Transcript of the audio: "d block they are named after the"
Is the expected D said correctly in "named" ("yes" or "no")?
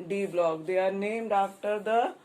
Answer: yes